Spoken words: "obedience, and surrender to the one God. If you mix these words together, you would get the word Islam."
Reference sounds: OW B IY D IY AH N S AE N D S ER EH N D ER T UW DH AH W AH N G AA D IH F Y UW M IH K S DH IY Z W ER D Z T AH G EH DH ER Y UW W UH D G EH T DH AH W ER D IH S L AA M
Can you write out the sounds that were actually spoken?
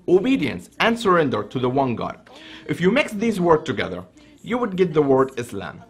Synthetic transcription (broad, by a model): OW B IY D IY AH N S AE N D S ER EH N D ER T UW DH AH W AH N G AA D IH F Y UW M IH K S DH IY Z W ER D T AH G EH DH ER Y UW W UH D G EH T DH AH W ER D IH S L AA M